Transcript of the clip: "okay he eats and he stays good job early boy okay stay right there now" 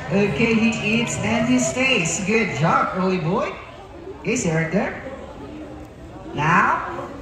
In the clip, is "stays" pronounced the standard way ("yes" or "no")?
no